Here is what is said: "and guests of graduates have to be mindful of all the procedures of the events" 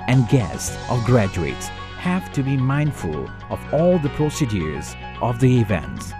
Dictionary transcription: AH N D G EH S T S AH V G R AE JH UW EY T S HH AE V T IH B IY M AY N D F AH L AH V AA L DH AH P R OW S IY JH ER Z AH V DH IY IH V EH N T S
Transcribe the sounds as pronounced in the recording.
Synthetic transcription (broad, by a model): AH N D G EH S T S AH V G R AE JH UW EY T S HH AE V T IH B IY M AY N D F AH L AH V AA L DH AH P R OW S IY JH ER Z AH V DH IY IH V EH N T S